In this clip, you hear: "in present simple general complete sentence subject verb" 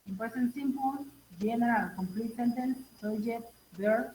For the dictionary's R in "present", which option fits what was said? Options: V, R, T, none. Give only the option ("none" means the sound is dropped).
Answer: none